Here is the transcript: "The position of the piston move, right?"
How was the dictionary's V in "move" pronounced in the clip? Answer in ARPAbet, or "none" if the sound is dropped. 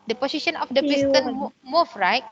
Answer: F